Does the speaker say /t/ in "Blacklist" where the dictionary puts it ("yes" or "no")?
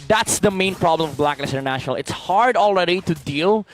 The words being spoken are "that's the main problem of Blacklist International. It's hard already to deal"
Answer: no